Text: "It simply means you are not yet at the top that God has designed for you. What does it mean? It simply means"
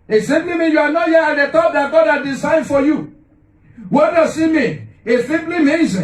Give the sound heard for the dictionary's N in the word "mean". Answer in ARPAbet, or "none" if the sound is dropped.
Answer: none